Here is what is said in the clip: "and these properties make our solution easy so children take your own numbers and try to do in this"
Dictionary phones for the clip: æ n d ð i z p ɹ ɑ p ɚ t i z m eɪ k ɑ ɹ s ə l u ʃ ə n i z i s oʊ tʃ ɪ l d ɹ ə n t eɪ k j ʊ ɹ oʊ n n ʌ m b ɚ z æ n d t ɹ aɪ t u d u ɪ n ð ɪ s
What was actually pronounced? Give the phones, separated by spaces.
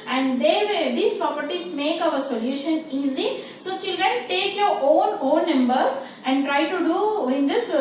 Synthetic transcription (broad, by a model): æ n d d i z p ɹ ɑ p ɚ t i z m eɪ k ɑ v s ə l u ʃ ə n i z i s oʊ tʃ ɪ l d ɹ ə n t eɪ k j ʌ ɹ oʊ n n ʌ m b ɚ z æ n d t ɹ aɪ t u d u ɪ n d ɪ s